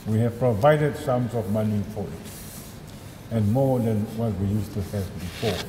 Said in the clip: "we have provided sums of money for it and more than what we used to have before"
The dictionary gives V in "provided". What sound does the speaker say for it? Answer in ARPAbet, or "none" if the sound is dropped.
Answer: V